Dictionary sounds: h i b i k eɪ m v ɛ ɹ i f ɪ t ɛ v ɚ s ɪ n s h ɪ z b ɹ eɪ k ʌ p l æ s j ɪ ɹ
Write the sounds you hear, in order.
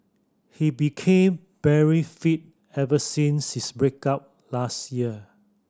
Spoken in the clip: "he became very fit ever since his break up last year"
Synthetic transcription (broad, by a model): h i b i k eɪ m b ɛ ɹ i f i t ɛ v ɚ s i n s h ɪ s b ɹ eɪ k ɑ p l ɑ s j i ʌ